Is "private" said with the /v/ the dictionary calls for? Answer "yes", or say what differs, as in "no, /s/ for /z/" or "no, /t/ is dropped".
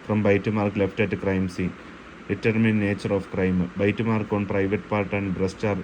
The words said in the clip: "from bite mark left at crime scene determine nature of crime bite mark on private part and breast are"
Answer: yes